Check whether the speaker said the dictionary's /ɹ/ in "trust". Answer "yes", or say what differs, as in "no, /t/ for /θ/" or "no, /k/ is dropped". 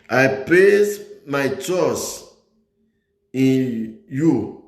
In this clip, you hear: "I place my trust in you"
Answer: no, /ɹ/ is dropped